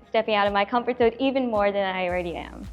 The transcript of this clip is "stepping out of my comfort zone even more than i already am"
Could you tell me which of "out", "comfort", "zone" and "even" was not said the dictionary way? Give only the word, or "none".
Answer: zone